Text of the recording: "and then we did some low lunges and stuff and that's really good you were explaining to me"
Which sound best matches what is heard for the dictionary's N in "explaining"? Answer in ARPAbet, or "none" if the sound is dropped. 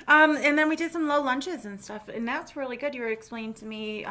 none